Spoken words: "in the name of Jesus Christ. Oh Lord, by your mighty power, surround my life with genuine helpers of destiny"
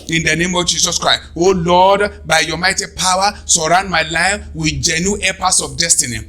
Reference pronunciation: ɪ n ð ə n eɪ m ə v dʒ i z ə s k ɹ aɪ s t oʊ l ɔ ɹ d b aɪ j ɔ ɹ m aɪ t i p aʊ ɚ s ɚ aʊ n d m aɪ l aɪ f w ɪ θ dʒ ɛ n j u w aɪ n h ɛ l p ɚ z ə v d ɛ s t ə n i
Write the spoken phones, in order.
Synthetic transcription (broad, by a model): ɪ n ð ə n eɪ m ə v dʒ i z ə s k ɹ aɪ s t oʊ l ɔ d b aɪ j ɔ m aɪ t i p aʊ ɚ s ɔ aʊ n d m aɪ l aɪ f w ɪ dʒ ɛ n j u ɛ p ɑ s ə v d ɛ s t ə n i